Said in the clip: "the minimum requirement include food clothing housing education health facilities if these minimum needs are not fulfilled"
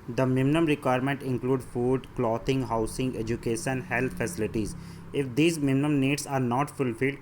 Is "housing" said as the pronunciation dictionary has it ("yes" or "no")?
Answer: no